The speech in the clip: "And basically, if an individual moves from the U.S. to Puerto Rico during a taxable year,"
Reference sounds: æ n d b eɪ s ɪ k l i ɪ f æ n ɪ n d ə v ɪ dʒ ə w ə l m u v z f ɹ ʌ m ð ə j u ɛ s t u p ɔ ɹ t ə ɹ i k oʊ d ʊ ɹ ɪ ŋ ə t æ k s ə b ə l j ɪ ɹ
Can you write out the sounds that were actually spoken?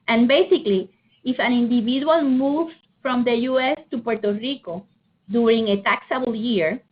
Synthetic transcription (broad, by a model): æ n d b eɪ s ɪ k l i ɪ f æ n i n d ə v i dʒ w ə l m u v f ɹ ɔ m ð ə j u ɛ s t u p ɔ ɹ t ə ɹ i k oʊ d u ɹ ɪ ŋ ə t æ k s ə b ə l j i ɹ